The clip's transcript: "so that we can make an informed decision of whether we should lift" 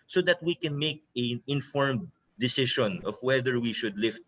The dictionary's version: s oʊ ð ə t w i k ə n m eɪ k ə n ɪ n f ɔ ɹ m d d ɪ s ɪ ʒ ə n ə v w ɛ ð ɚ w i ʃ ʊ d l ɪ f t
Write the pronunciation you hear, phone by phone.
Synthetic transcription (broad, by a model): s oʊ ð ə t w i k ə n m eɪ k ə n ɪ n f ɔ ɹ m d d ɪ s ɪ ʃ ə n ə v w ɛ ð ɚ w i ʃ ʊ d l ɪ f t